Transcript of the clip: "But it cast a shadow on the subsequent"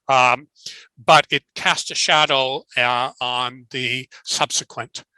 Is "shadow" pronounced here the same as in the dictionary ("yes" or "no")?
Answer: yes